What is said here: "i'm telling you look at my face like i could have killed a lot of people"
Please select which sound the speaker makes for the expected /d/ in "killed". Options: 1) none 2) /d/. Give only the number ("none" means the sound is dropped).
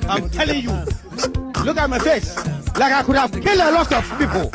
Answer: 1